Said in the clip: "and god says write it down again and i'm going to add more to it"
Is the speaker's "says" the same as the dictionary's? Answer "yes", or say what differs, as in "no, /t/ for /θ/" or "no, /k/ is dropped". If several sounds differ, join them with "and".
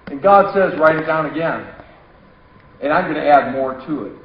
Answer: yes